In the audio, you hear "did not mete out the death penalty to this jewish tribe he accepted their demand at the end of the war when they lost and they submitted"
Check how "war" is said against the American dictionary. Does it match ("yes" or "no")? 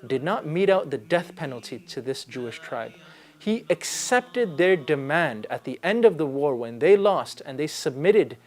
yes